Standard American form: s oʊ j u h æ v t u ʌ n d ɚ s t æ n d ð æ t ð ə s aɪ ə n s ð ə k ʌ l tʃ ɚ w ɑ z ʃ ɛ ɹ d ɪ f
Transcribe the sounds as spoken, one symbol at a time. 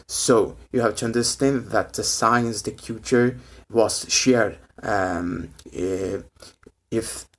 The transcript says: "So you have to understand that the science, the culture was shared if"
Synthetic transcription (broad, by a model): s oʊ j u h æ v t u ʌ n d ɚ s t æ n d ð æ t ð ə s aɪ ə n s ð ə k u tʃ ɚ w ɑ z ʃ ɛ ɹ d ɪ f